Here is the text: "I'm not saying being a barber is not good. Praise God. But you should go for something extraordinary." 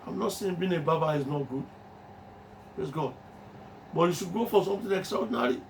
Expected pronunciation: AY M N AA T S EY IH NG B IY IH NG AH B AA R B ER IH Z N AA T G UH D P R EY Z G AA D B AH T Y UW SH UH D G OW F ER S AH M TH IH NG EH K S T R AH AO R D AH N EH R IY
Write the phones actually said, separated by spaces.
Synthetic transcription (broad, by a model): AY M N AA T S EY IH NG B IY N AH B AA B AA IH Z N AA T G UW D P R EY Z G AA D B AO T Y UW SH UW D G OW F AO S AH M T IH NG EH K S T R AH AO D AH N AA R IY